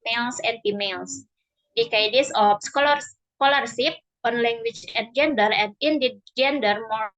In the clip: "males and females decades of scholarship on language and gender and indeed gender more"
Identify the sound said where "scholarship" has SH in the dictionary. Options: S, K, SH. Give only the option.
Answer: S